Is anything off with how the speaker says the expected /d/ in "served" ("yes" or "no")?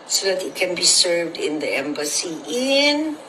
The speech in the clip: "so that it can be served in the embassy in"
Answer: no